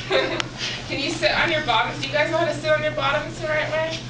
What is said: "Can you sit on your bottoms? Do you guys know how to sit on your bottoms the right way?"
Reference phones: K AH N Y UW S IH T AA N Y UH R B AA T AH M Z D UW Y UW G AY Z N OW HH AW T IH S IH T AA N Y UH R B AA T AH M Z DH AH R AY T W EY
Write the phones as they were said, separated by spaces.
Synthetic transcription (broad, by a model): K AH N Y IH S IH T N Y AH R B AA T AH M Z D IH Y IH G AY Z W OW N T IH S IH T N Y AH R B AA T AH M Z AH R AY T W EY